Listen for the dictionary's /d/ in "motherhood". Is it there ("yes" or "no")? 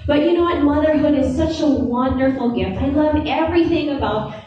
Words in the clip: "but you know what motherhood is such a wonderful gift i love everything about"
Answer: yes